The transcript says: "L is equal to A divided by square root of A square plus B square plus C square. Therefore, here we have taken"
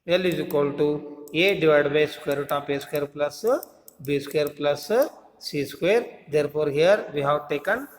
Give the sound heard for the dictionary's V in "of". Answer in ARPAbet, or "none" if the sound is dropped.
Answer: P